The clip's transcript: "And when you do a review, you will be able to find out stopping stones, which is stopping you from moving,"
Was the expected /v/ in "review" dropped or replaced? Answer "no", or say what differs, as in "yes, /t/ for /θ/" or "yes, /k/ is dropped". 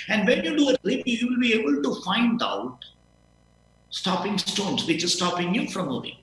yes, /p/ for /v/